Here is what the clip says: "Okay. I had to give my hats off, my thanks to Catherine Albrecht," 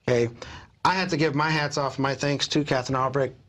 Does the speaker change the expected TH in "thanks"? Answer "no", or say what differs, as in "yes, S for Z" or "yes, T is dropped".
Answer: no